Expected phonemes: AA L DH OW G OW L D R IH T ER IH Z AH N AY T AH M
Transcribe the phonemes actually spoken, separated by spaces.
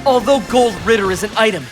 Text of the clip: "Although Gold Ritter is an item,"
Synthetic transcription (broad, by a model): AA L DH OW G OW L D R IH T ER IH Z AH N AY T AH M